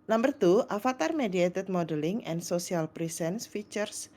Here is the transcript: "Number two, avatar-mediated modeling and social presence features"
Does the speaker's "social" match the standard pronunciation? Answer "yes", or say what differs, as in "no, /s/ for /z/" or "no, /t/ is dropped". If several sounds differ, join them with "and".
no, /s/ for /ʃ/